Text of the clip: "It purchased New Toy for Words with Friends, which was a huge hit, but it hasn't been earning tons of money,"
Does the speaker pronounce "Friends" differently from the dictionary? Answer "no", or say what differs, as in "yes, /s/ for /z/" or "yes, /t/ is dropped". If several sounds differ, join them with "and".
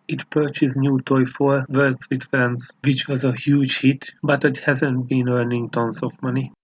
yes, /ɹ/ is dropped